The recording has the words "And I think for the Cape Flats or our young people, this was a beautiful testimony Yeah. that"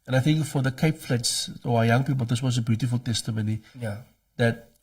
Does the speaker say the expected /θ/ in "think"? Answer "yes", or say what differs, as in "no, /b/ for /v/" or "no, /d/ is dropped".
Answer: yes